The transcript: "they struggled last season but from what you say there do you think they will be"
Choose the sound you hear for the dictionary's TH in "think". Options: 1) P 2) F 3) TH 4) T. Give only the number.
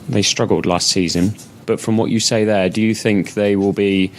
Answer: 3